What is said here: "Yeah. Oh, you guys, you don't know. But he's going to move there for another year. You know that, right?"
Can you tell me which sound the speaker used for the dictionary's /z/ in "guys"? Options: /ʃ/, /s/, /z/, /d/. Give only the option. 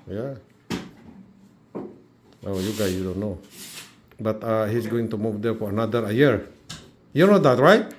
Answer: /s/